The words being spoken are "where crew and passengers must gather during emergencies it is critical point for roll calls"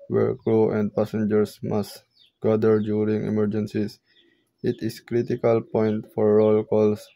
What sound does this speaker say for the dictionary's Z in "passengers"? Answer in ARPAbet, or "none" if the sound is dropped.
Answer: S